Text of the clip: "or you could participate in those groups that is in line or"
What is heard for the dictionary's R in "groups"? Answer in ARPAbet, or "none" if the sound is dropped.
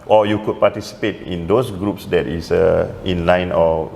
R